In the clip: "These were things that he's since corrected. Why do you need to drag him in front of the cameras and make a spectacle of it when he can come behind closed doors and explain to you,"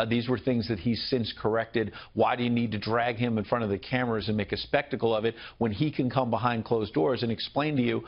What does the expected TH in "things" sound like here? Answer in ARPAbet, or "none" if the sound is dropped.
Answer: TH